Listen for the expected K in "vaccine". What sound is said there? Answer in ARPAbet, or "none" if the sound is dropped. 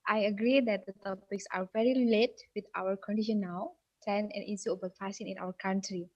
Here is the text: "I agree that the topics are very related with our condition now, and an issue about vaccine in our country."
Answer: none